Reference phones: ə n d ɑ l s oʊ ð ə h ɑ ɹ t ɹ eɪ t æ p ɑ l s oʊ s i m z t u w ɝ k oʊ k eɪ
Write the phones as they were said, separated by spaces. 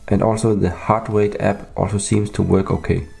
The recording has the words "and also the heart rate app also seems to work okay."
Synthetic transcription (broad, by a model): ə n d ɑ l s oʊ ð ə h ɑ ɹ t w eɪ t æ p ɑ l s oʊ s i m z t u w ɝ k oʊ k eɪ